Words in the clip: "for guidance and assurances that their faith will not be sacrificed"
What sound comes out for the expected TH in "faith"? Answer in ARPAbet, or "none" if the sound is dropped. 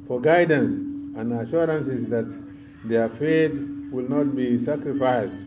T